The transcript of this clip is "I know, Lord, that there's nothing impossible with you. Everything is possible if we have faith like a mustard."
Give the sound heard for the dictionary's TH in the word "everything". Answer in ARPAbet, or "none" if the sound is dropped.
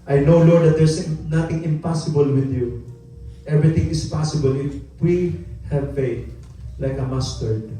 T